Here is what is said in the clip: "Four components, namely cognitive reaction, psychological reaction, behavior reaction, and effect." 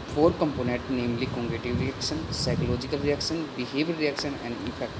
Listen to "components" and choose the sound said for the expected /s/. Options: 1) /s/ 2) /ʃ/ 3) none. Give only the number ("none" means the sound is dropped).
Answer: 3